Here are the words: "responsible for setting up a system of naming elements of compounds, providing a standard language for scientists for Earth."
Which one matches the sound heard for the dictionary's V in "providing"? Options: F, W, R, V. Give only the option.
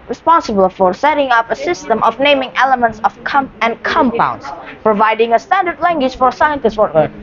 V